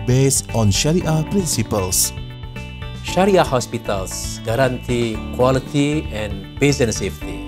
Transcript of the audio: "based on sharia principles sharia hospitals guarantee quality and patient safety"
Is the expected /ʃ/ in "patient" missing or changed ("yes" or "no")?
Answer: yes